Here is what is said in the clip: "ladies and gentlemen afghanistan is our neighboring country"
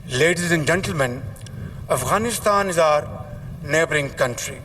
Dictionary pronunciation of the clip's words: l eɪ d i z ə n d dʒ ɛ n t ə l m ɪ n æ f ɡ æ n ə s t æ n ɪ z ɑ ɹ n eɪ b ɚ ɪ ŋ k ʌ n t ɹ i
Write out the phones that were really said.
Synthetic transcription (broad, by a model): l eɪ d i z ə n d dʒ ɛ n t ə l m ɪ n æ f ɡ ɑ n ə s t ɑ n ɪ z ɑ ɹ n eɪ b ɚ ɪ ŋ k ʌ n t ɹ i